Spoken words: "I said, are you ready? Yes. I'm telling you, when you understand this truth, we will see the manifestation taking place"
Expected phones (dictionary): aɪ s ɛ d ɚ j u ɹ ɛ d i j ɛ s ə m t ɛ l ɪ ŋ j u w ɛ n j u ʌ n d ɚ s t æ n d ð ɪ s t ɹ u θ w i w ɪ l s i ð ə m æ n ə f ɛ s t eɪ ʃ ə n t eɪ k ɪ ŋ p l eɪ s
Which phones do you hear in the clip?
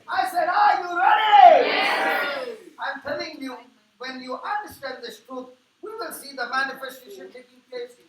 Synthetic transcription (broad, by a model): aɪ s ɛ d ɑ j u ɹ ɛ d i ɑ ə m t ɛ l ɪ ŋ j u w ɛ n j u ʌ n d ɚ s t æ n d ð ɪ s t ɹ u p w i w ɪ l s i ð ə m æ n ə f ɛ s t eɪ ʃ ə n t eɪ k ɪ ŋ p l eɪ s